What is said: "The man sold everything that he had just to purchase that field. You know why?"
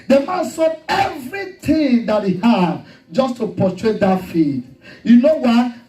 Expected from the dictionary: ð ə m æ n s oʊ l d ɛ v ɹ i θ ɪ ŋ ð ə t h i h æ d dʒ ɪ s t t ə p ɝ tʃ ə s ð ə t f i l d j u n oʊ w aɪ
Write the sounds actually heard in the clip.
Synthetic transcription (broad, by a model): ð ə m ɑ n s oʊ d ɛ v ɹ i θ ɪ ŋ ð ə t h i h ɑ d dʒ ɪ s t t ə p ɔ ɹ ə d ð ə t f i d j u n oʊ w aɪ